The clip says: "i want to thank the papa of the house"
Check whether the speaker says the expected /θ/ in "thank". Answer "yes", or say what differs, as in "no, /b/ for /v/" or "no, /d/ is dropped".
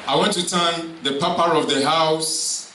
no, /t/ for /θ/